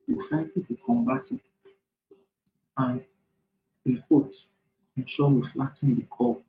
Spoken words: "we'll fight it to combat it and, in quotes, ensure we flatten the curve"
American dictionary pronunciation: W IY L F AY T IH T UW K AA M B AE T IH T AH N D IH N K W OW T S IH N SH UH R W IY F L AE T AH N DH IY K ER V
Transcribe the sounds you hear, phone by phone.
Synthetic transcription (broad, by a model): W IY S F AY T IH T UW K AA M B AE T IH T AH N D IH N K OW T IH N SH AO W IY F L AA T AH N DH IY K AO